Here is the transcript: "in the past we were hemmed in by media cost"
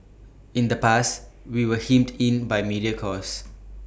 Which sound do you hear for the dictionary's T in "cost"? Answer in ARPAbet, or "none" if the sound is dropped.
none